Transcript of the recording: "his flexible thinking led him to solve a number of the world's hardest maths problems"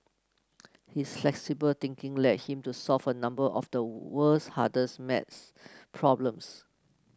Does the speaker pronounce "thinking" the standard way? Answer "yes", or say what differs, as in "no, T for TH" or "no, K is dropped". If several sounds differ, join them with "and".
no, T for TH